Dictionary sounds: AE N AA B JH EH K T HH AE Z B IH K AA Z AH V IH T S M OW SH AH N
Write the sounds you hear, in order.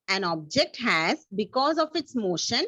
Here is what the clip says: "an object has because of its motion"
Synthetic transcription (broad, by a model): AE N AA B JH EH K T HH AE Z B IH K AA Z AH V IH T S M OW SH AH N